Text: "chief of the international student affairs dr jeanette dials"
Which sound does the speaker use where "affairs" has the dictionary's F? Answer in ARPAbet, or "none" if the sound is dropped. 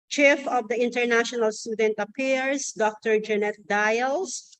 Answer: P